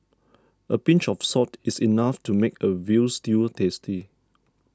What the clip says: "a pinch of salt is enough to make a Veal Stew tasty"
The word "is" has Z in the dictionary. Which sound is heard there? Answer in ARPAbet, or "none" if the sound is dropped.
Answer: S